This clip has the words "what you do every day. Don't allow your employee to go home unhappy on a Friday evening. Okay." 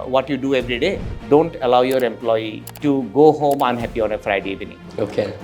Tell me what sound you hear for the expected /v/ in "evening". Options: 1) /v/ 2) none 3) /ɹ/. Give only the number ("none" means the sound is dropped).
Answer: 2